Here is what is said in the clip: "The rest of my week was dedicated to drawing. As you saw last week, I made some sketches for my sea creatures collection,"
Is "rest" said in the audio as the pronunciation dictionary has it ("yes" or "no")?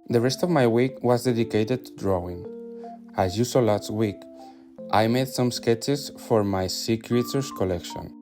yes